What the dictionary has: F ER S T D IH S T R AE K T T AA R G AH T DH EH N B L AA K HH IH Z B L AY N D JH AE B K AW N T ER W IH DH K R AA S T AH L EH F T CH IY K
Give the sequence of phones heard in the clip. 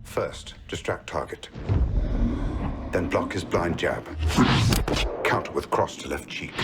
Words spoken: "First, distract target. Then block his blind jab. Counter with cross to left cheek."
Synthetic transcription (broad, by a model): F ER S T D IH S T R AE K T T AA R G AH T DH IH N B L AA K HH IH Z B L AY N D JH AE B K AW N T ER W IH DH K R AA S T AH L EH F T CH IY K